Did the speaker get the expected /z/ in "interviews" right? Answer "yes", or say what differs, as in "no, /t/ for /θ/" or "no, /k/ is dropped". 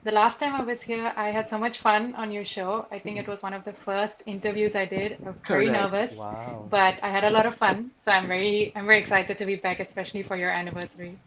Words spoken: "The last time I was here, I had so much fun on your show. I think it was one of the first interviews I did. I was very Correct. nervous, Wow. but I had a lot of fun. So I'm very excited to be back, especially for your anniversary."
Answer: yes